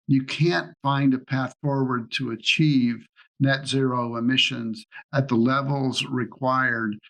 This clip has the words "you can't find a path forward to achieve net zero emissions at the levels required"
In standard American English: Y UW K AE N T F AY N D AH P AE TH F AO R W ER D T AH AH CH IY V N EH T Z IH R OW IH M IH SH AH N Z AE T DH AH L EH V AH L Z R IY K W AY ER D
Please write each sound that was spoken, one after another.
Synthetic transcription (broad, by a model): Y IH K AE N T F AY N D AH P AE TH F AO R W ER D T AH AH CH IY V N EH T Z IH R OW IH M IH SH AH N Z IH T DH AH L EH V L Z R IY K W AY ER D